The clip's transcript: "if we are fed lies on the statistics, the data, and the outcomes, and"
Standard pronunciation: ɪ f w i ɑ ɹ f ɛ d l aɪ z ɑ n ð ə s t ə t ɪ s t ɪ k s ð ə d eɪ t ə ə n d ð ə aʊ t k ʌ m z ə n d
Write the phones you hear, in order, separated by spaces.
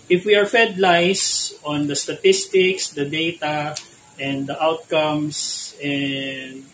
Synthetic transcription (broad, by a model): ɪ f w i ɑ ɹ f ɛ d l aɪ s ɑ n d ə s t ə t ɪ s t ɪ k s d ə d eɪ t ə ə n d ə aʊ t k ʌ m s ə n d